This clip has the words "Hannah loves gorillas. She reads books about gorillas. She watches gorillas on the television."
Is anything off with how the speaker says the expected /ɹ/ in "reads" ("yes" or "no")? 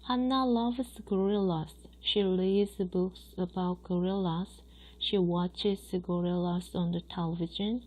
yes